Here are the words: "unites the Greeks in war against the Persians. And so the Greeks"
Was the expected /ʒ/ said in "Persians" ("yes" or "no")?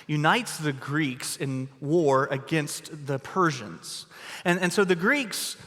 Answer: yes